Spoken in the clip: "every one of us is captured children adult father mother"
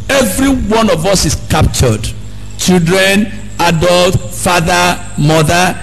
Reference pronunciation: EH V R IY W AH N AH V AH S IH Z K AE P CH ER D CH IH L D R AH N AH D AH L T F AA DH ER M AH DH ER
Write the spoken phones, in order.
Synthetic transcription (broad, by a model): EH V R IY W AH N AH V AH S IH S K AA P CH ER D CH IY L D R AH N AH D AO L T F AA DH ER M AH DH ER